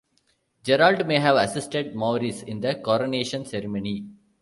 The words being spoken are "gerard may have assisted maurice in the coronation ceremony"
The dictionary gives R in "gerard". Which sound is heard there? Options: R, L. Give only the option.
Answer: L